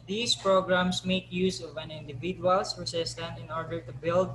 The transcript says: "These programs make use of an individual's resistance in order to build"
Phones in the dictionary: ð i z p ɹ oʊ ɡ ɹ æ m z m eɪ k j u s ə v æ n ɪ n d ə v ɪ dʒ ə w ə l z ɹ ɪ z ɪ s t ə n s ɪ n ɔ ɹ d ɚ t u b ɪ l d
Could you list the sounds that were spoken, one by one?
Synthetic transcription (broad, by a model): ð i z p ɹ oʊ ɡ ɹ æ m s m eɪ k j u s ə v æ n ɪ n d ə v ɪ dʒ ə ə l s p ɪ s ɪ s t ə n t ɪ n ɔ ɹ d ɚ t u b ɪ l d